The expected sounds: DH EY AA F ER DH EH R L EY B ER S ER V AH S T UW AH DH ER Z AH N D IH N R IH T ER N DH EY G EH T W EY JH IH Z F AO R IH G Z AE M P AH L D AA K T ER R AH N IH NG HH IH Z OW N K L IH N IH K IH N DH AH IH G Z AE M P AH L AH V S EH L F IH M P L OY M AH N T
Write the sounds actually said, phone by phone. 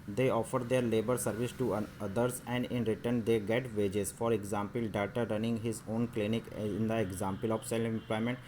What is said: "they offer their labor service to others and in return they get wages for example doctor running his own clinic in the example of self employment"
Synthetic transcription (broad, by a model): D EY AA F ER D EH R L EY B ER S ER V AH S T UW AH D ER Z AH N D IH N R IH T ER N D EY G EH T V EY JH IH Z F AO R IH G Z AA M P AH L D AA T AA R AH N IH NG HH IH Z OW N K L IH N IH K IH N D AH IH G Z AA M P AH L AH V S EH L IH M P L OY M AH N T